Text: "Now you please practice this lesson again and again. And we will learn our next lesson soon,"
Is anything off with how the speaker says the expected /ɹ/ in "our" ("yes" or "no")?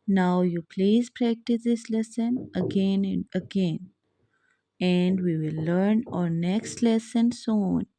no